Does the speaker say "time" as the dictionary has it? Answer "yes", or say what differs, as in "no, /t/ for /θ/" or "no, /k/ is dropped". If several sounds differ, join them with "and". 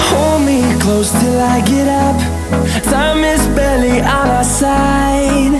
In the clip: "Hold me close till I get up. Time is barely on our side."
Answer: no, /s/ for /t/